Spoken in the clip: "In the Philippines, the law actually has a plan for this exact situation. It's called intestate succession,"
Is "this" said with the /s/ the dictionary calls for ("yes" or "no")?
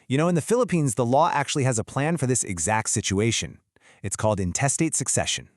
yes